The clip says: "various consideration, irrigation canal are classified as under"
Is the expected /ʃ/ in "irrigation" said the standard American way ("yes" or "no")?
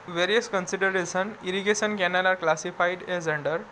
no